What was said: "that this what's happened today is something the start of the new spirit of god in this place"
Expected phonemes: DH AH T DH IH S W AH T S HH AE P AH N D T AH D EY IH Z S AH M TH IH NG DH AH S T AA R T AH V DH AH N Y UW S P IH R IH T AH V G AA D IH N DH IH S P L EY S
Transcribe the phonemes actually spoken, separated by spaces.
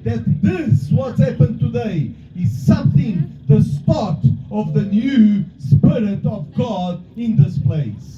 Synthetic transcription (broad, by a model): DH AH T DH IH S W AH T S HH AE P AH N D T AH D EY IH Z S AH M TH IH NG DH AH S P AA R T AH V DH AH N Y UW S P IH R IH T AH V G AA D IH N DH IH S P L EY S